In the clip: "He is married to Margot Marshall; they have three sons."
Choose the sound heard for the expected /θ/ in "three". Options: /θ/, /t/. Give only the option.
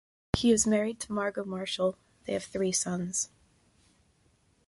/θ/